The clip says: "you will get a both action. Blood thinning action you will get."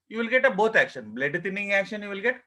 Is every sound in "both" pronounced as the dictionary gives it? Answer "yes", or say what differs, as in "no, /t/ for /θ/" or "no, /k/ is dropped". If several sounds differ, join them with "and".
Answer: no, /t/ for /θ/